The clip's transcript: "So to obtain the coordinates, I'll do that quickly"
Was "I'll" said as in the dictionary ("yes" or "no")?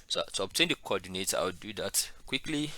no